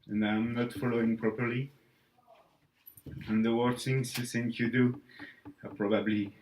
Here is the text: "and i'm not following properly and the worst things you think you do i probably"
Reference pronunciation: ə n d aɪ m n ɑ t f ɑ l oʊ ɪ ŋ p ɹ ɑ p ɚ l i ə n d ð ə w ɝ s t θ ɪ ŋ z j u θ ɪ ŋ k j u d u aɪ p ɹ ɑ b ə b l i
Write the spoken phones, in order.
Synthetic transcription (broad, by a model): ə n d aɪ m n ɑ t f ɑ l oʊ ɪ ŋ p ɹ ɑ p ɚ l i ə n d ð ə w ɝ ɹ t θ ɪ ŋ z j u s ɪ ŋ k j u d u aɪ p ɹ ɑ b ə b l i